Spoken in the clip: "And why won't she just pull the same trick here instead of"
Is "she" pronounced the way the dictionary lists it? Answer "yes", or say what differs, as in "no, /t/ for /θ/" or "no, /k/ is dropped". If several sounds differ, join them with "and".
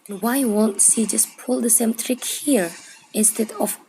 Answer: no, /s/ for /ʃ/